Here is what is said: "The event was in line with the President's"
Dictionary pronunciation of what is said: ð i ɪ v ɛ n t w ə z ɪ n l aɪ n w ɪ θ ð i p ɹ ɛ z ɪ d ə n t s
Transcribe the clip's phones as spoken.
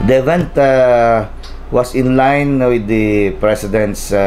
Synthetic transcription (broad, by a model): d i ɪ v ɛ n t w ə s ɪ n l aɪ n w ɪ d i p ɹ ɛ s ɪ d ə n t s